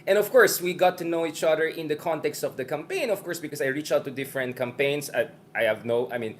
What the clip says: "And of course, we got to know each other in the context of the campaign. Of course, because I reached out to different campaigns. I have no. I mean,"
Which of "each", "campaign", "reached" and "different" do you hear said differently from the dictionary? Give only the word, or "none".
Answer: reached